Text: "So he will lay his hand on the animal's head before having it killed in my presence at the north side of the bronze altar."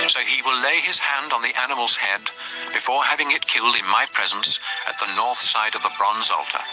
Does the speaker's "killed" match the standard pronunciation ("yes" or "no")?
yes